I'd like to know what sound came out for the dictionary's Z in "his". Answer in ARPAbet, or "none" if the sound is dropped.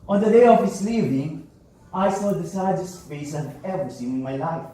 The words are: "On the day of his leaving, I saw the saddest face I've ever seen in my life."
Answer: S